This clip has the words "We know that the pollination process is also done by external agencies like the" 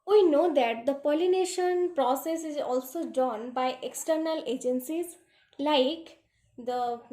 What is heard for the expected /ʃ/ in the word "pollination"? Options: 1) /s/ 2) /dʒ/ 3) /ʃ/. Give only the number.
3